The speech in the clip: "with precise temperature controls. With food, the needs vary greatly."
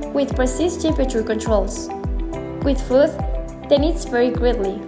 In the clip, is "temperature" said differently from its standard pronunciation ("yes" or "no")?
yes